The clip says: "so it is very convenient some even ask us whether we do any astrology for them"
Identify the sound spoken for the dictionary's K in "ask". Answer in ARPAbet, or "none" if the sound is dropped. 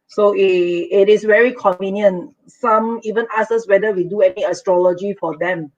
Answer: none